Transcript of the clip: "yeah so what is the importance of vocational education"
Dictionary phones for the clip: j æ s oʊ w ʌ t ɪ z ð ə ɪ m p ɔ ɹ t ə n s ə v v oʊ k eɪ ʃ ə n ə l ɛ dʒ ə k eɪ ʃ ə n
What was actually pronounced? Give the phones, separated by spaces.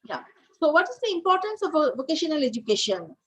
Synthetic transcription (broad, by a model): j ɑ s oʊ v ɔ t ɪ z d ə ɪ m p ɔ ɹ t ə n s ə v v oʊ k eɪ ʃ ə n ə l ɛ dʒ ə k eɪ ʃ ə n